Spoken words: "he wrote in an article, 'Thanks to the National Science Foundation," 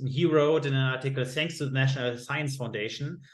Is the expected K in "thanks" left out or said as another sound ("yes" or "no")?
no